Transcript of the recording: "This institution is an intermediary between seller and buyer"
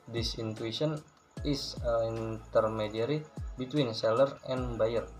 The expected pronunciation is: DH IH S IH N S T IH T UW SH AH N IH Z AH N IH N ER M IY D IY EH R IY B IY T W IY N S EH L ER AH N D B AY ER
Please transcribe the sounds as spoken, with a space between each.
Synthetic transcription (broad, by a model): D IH S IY N T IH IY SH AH N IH S AH N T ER M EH D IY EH R IY B IY T W IY N S EH L ER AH N B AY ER